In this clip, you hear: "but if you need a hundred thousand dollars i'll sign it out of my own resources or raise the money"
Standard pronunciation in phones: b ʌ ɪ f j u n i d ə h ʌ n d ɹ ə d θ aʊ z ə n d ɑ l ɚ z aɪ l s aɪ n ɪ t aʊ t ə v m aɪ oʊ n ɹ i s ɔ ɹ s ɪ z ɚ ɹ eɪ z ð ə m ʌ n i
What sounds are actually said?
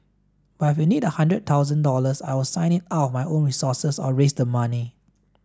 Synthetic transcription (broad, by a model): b ɪ f j u n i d ə h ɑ n d ɹ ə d t aʊ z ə n d ɑ l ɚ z aɪ w s aɪ n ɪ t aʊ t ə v m aɪ oʊ n ɹ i s ɔ s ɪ s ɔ ɹ eɪ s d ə m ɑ n i